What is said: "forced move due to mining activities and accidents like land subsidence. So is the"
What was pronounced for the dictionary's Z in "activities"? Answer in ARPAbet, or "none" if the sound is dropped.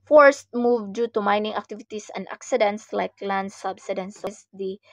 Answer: S